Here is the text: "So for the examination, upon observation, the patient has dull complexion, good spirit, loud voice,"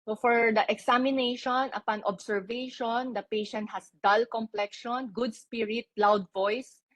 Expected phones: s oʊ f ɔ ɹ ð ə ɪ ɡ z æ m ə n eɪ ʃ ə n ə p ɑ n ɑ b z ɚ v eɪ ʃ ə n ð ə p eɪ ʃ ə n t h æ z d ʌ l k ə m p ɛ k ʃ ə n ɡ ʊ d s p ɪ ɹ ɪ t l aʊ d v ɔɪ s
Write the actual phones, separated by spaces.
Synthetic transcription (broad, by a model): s oʊ f ɔ ɹ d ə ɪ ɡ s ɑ m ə n eɪ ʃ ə n ə p ɑ n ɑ b s ɚ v eɪ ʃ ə n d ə p eɪ ʃ ə n t h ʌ s d ʌ l k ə m p ɛ k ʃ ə n ɡ ʊ d s p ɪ ɹ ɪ t l aʊ d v ɔɪ s